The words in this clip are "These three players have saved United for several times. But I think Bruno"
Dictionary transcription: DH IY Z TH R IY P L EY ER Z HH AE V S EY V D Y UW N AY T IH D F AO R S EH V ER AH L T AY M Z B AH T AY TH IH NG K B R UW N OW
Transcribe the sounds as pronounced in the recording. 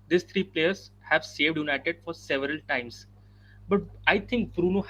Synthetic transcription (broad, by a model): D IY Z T R IY P L EY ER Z HH AE V S EY V D Y UW N AY T IH D F AO R S EH V ER AH L T AY M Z B AH T AY T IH NG K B R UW N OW